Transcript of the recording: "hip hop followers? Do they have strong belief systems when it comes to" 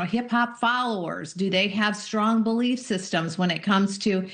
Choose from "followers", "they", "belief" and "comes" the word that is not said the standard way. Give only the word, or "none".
none